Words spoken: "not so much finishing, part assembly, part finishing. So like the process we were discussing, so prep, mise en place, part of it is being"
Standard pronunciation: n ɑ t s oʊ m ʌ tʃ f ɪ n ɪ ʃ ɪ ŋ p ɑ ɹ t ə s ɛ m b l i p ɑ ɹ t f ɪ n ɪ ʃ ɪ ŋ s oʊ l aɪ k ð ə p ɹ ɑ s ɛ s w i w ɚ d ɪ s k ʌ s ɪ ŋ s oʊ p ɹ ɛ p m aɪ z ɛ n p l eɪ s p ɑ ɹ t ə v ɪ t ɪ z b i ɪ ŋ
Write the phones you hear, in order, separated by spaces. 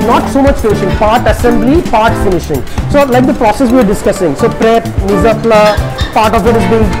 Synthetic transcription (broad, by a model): n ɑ t s oʊ m ʌ tʃ f ɪ n ɪ ʃ ɪ ŋ p ɑ ɹ t ə s ɛ m b l i p ɑ ɹ t f ɪ n ɪ ʃ ɪ ŋ s oʊ l aɪ k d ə p ɹ ɑ s ɛ s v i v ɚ d ɪ s k ʌ s ɪ ŋ s oʊ p ɹ ɛ p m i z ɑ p l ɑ p ɑ ɹ t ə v ɪ t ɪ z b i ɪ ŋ